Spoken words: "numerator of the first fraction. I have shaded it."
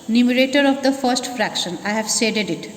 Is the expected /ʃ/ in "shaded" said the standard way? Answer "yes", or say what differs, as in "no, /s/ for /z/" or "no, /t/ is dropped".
no, /s/ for /ʃ/